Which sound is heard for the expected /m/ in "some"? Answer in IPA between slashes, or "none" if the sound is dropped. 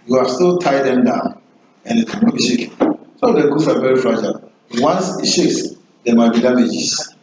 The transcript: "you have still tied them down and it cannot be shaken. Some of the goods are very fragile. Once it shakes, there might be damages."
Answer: none